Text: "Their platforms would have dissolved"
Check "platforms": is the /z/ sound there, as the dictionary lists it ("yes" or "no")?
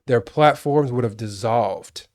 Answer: yes